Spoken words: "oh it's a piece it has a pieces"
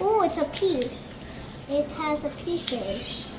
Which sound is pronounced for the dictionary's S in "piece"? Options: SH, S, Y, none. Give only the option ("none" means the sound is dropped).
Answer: none